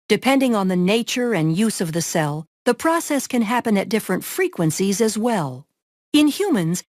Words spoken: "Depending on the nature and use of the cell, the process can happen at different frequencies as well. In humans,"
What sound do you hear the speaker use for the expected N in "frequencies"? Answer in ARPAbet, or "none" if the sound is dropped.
N